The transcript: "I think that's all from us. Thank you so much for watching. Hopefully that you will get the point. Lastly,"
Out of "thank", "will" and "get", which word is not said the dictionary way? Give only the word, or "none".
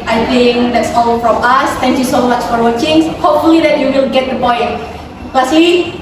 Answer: thank